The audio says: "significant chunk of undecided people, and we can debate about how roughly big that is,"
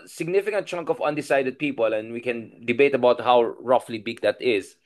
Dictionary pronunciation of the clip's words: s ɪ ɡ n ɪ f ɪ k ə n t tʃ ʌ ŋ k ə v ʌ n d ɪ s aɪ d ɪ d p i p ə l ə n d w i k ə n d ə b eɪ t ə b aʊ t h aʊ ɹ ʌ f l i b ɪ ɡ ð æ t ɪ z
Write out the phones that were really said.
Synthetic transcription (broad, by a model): s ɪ ɡ n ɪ f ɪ k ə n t tʃ ʌ ŋ k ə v ʌ n d ɪ s aɪ d ɪ d p i p ə l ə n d w i k ə n d ə b eɪ t ə b aʊ t h aʊ ɹ ʌ f l i b ɪ ɡ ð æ t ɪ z